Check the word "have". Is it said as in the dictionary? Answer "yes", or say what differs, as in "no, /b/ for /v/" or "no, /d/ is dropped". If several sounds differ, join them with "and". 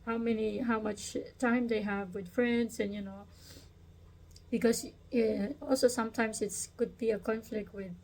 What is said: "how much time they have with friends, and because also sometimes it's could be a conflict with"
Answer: yes